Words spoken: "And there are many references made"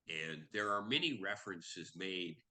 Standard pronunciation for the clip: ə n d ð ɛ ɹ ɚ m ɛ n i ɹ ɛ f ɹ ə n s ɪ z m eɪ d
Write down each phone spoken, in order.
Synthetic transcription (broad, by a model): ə n ð ɛ ɹ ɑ m ɛ n i ɹ ɛ f ɹ ə n s ɪ z m eɪ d